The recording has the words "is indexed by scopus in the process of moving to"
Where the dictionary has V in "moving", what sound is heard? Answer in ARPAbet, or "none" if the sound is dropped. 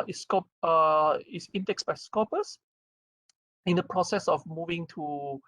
V